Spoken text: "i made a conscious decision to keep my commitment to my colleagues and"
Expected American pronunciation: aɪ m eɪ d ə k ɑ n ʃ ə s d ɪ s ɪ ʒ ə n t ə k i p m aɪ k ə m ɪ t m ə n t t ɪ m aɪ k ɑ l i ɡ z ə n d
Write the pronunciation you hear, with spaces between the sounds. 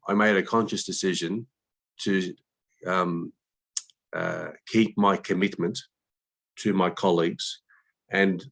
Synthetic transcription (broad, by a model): aɪ m eɪ d ə k ɑ n ʃ ə s d ɪ s ɪ ʒ ə n t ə k i p m aɪ k ə m ɪ t m ə n t t ɪ m aɪ k ɑ l i ɡ z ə n